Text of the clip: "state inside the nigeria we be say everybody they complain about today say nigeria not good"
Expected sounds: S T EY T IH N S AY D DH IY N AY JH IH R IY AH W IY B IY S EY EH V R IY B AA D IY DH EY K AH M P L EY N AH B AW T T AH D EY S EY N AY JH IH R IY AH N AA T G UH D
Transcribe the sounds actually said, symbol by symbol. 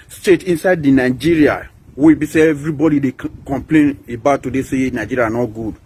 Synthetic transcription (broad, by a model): S T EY T IH N S AY D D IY N AY JH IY R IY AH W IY B IY S EY EH V R IY B AA D IY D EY K AH M P L EY N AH B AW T T AH D EY S EY N AY JH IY R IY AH N AA T G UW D